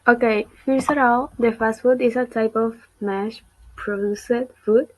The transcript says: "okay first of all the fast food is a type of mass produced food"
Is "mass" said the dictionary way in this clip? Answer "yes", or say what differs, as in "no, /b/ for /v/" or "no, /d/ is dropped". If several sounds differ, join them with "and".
no, /ʃ/ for /s/